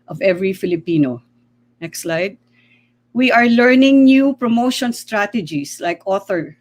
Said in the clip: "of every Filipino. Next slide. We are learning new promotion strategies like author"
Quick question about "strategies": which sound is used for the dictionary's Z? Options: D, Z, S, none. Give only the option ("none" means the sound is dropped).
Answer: S